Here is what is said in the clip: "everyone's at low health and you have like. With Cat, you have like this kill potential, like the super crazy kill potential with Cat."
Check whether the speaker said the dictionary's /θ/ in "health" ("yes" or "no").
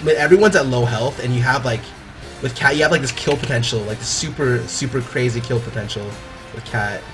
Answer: yes